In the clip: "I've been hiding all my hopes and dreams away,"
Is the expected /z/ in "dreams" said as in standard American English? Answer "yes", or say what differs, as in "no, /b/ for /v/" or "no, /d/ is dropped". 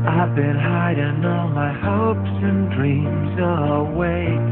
yes